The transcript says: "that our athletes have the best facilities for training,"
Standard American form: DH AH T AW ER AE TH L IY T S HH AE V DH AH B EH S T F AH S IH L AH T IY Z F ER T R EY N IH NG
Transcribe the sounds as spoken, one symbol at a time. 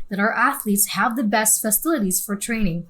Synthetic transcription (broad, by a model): DH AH T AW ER AE TH L IY T S HH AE V DH AH B EH S T F AH S IH L AH T IY Z F ER T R EY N IH NG